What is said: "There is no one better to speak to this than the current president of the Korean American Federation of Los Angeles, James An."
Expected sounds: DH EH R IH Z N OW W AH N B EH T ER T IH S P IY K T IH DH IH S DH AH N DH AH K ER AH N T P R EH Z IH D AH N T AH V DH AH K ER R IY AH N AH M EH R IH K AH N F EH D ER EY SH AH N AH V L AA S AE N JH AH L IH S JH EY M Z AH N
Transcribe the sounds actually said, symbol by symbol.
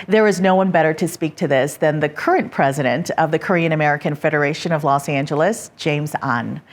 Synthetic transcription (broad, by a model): DH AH R IH Z N OW W AH N B EH T ER T IH S P IY K T IH DH IH S DH AH N DH AH K ER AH N P R EH Z IH D AH N T AH V DH AH K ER R IY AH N AH M EH R IH K AH N F EH D ER EY SH AH N AH V L AA S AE N JH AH L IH S JH EY M Z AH N